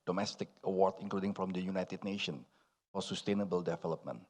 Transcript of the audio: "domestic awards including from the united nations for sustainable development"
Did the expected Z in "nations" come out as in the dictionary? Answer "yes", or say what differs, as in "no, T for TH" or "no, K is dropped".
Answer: no, Z is dropped